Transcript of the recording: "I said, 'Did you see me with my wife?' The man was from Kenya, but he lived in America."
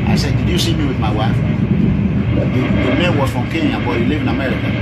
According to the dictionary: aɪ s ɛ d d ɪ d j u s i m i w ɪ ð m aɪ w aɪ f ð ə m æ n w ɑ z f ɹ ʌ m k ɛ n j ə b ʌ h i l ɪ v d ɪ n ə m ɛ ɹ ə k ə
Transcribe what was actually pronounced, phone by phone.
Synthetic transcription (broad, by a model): aɪ s ɛ d d ɪ d j u s i m i w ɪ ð m aɪ w aɪ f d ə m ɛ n w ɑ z f ɹ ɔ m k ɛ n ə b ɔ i l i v ɪ n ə m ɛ ɹ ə k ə